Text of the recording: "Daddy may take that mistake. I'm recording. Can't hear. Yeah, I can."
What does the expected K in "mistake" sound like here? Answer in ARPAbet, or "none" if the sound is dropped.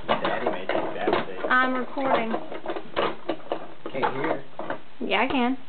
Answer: none